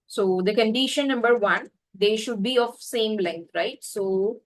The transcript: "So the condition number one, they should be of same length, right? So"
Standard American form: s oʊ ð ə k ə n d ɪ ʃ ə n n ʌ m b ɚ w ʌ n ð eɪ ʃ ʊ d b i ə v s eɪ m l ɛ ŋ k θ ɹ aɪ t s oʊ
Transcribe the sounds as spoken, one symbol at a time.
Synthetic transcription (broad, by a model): s oʊ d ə k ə n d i ʃ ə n n ʌ m b ɚ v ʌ n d eɪ ʃ ʊ d b i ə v s eɪ m l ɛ ŋ k t ɹ aɪ t s oʊ